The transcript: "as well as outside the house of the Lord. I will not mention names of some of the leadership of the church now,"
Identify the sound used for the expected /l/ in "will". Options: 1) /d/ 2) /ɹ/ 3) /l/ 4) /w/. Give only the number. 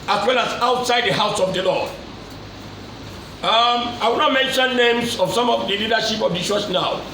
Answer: 4